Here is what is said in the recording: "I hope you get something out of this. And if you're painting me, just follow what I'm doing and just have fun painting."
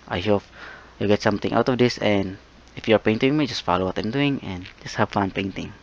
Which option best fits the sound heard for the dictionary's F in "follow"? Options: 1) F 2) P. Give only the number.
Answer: 1